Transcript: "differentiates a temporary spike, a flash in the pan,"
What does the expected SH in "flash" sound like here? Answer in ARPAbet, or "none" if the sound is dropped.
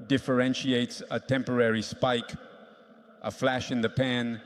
SH